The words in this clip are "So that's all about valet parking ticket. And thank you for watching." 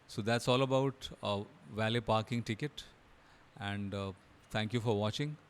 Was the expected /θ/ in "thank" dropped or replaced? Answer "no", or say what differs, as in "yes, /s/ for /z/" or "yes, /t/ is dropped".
yes, /t/ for /θ/